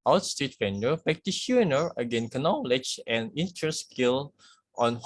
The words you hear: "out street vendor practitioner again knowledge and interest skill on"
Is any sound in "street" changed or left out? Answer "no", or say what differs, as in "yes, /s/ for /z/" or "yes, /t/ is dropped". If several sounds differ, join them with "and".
yes, /ɹ/ is dropped